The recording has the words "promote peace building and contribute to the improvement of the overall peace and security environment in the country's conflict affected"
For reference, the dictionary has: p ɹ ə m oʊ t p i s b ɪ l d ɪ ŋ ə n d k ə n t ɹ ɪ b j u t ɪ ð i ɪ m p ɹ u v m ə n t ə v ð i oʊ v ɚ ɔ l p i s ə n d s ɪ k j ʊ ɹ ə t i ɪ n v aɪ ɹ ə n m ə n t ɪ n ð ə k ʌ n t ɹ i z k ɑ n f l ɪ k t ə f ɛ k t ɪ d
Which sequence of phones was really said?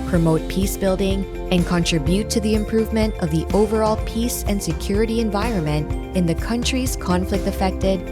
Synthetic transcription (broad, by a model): p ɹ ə m oʊ t p i s b ɪ l d ɪ ŋ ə n k ə n t ɹ ɪ b j u t ɪ ð i ɪ m p ɹ u v m ə n t ə v ð i oʊ v ɚ ɔ l p i s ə n s ɪ k j ʊ ɹ ə t i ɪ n v aɪ ɹ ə n m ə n t ɪ n ð ə k ʌ n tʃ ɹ i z k ɑ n f l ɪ k t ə f ɛ k t ɪ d